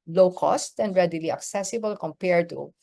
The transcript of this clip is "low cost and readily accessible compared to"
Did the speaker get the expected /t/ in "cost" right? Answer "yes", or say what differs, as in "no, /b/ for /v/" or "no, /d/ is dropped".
yes